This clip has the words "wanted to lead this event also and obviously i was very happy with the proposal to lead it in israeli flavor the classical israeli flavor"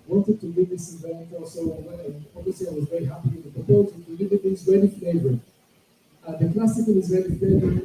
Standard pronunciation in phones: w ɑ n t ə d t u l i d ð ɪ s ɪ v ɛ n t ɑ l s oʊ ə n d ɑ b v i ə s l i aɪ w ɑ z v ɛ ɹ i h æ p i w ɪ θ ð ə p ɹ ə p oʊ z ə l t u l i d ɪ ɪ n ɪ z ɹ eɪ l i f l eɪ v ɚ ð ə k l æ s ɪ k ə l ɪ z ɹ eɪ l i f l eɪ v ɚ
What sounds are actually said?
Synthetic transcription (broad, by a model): w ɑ n t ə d t u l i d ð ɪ s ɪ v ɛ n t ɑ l s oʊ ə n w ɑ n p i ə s i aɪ w ɑ z v ɛ ɹ i h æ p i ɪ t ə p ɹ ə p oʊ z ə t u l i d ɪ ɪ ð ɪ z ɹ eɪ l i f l eɪ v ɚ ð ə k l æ s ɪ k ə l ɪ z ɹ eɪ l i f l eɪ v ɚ